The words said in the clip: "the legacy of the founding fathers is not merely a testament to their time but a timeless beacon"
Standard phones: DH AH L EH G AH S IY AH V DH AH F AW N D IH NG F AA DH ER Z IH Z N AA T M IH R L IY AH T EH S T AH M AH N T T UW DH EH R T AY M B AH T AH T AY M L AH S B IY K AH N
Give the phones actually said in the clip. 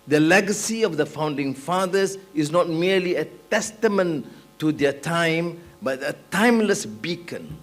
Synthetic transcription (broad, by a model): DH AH L EH G AH S IY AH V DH AH F AW N D IH NG F AA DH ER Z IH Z N AA T M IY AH L IY AH T EH S T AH M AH N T T UW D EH T AY M B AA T AH T AY M L AH S B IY K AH N